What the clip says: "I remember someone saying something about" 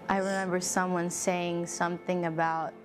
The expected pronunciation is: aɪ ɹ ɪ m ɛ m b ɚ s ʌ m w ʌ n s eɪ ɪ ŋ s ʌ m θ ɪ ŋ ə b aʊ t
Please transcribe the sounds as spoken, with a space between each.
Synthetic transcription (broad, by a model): aɪ ɹ ɪ m ɛ m b ɚ s ʌ m w ʌ n s eɪ ɪ ŋ s ʌ m θ ɪ ŋ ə b aʊ t